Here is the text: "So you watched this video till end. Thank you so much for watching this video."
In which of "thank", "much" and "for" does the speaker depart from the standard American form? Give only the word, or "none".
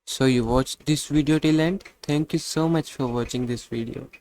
thank